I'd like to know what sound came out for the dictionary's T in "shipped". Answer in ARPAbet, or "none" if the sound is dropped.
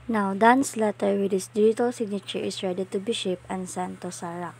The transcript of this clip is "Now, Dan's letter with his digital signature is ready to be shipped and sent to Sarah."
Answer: none